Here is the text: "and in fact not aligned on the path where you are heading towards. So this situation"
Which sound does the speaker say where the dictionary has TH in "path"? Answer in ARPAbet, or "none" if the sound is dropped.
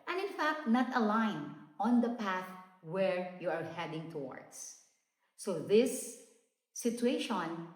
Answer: TH